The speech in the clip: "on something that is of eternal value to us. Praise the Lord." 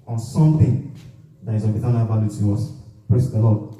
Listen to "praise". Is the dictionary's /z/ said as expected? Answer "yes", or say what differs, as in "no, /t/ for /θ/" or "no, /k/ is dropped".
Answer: no, /s/ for /z/